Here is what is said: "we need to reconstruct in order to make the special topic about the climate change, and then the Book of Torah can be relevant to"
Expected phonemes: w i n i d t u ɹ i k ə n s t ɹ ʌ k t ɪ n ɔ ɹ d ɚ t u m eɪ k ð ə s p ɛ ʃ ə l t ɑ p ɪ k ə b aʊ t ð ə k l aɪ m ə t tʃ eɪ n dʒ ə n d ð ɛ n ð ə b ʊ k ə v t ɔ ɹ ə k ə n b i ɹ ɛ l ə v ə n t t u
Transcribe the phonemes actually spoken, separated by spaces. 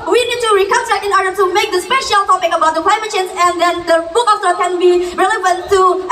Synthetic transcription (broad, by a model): w i n i d t u ɹ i k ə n t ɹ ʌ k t ɪ n ɔ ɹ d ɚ t u m eɪ k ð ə s p ɛ ʃ ə l t ɑ p ɪ k ə b aʊ t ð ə k l aɪ m ə t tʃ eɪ n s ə n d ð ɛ n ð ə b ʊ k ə f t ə k ə n b i ɹ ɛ l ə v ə n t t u